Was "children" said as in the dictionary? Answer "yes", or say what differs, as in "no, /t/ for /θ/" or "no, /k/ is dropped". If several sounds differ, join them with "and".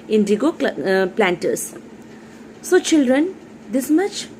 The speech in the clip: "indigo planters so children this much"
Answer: yes